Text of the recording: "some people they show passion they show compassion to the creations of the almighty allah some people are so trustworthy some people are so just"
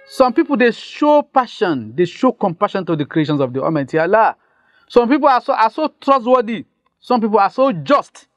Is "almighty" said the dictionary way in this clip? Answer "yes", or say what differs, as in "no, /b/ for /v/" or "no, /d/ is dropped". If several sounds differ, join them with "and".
no, /l/ is dropped